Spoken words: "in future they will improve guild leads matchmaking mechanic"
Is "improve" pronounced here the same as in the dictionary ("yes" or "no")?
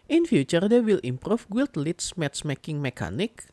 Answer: no